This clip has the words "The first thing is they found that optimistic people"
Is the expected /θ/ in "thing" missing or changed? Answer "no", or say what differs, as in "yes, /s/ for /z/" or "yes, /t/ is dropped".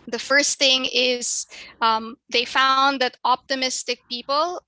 no